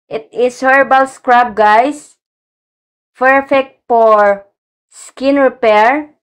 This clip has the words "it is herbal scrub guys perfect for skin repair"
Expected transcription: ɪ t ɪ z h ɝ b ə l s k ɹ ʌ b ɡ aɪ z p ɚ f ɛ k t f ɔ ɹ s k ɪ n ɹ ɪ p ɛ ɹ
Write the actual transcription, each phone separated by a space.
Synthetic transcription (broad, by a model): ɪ t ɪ s h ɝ b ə l s k ɹ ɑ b ɡ aɪ s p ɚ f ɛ k t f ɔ ɹ s k ɪ n ɹ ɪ p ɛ ɹ